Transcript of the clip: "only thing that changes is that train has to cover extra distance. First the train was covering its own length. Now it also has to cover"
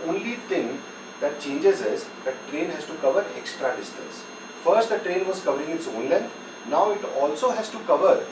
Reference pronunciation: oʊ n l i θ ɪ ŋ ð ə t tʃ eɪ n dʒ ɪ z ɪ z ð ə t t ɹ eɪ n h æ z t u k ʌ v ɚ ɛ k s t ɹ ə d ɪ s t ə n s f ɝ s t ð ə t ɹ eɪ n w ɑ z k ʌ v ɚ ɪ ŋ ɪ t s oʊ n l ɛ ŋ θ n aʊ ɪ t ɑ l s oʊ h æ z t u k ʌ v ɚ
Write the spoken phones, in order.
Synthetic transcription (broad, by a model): oʊ n l i t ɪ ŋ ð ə t tʃ eɪ n dʒ ɪ z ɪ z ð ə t t ɹ eɪ n h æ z t u k ʌ v ɚ ɛ k s t ɹ ə d ɪ s t ə n s f ɝ s t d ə t ɹ eɪ n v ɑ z k ʌ v ɚ ɪ ŋ ɪ t s oʊ n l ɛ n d n aʊ ɪ t ɑ l s oʊ h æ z t u k ʌ v ɚ